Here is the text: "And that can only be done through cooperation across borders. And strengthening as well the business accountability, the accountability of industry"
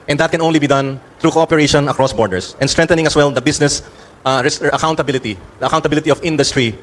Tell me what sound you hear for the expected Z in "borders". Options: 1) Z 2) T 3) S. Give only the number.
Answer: 3